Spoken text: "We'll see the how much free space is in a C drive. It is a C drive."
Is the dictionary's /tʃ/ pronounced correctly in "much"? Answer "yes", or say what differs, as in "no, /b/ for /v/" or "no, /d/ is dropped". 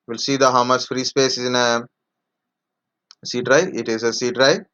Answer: no, /s/ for /tʃ/